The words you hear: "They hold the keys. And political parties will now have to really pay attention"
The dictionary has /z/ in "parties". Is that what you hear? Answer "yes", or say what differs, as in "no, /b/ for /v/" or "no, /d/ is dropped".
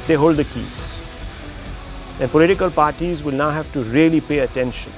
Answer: yes